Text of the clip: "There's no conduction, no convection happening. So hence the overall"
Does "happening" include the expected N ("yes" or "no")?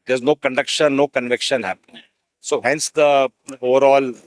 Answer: no